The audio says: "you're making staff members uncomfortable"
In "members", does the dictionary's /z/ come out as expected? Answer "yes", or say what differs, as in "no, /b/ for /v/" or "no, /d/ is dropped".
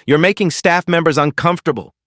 yes